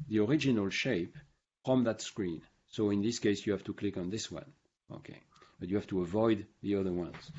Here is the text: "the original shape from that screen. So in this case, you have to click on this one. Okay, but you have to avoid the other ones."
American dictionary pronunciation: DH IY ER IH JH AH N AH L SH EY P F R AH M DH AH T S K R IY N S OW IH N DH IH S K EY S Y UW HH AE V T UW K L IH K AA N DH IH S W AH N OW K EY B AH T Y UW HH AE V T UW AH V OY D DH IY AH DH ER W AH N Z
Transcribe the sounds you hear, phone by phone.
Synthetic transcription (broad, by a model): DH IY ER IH JH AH N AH L SH EY P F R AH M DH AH T S K R IY N S OW IH N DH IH S K EY S Y UW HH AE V T UW K L IH K AA N DH IH S W AH N OW K EY B AH T Y UW HH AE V T UW AH V OY D DH IY AH DH ER W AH N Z